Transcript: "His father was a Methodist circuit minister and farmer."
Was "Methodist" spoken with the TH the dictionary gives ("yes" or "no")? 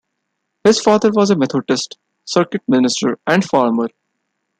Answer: no